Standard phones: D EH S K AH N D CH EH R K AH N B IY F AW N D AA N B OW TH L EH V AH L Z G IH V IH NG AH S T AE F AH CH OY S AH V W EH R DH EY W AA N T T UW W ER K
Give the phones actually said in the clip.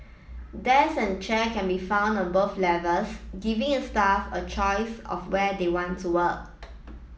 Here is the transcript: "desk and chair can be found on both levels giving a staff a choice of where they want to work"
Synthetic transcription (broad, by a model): D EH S AH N CH EH K AH N B IY F AW N D AA N B OW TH L EH V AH L S G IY V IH NG AH S T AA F AH CH OY S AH F W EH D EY W AA N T T UW W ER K